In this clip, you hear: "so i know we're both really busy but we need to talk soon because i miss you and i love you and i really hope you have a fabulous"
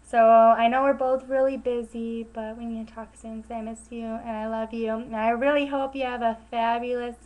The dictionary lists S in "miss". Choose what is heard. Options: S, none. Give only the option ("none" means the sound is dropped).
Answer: none